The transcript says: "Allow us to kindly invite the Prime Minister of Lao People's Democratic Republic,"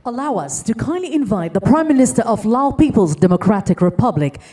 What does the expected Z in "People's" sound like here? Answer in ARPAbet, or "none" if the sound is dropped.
Z